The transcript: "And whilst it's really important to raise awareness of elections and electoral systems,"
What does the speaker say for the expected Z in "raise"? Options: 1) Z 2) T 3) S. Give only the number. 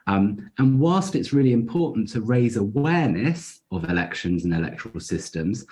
1